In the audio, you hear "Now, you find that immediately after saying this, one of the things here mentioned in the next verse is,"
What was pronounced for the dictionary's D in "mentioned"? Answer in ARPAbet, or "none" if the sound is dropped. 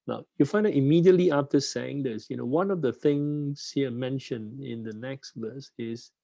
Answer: none